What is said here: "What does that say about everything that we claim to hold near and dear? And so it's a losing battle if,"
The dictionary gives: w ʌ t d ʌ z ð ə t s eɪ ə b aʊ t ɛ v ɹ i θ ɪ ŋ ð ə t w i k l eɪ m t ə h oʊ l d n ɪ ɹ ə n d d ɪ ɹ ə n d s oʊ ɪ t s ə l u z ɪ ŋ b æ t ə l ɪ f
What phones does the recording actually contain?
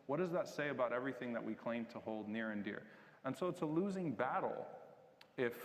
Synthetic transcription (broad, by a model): w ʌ t d ʌ z ð ə t s eɪ ə b aʊ t ɛ v ɹ i θ ɪ ŋ ð ə t w i k l eɪ m t ə h oʊ l d n ɪ ɹ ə n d d ɪ ɹ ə n s oʊ ɪ t s ə l u z ɪ ŋ b æ t l ɪ f